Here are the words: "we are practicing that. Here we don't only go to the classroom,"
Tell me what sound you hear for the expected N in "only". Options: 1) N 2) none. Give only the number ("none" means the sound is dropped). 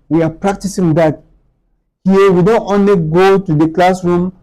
1